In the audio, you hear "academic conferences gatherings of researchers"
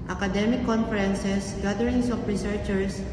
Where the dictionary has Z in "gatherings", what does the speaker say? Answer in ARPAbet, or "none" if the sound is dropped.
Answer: S